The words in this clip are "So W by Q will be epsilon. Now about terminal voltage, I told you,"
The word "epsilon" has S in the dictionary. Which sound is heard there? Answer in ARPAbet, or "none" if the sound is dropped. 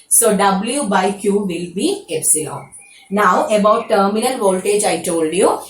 S